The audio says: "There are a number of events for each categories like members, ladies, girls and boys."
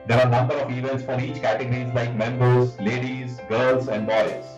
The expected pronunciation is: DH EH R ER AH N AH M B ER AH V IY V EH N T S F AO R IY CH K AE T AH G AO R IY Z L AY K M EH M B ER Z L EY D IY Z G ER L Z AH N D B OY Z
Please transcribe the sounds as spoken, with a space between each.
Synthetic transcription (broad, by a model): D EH R AH N AH M B ER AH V IY V EH N T S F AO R IY CH K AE T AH G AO R IY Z L AY K M EH M B ER Z L EY D IY Z G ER L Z AH N D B OY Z